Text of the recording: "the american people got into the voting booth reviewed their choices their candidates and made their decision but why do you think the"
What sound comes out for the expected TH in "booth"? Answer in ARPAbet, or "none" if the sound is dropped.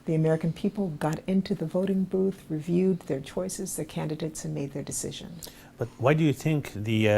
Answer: TH